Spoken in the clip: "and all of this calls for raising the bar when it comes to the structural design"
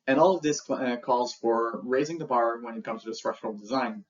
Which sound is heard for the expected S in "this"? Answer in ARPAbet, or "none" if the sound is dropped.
S